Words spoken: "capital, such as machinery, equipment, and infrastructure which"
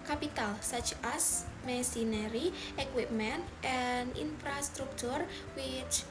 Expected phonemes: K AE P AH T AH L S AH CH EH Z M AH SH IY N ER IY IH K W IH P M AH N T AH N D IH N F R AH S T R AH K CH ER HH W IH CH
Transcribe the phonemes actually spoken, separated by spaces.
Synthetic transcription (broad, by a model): K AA P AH T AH L S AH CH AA S M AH S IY N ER IY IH K W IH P M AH N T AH N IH N F R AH S T R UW K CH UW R W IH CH